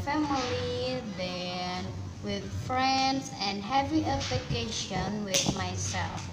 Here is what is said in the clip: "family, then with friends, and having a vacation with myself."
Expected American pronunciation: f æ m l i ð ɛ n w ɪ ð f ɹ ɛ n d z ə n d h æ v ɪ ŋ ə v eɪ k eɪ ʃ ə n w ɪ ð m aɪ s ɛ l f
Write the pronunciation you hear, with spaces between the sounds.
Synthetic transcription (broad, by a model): f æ m l i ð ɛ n w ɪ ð f ɹ ɛ n d z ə n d h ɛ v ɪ ə p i k eɪ ʃ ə n w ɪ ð m aɪ s ɛ l f